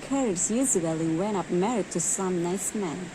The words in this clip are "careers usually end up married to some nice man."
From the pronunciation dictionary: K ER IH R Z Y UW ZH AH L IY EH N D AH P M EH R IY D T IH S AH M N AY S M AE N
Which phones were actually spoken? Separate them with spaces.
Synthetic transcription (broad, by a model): K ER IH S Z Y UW Z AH L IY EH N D AH P M EH R IY D T IH S AH M N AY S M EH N